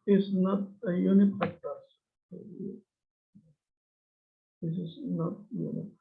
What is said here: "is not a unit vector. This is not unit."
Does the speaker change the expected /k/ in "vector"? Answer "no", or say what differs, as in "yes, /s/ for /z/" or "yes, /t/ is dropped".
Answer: yes, /k/ is dropped